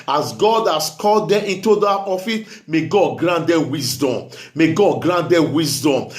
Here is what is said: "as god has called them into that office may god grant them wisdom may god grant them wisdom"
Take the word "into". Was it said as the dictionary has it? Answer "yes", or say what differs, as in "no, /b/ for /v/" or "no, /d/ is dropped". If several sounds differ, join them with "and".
yes